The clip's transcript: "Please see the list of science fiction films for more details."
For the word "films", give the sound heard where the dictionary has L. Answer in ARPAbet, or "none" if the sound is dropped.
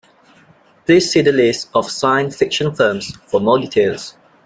none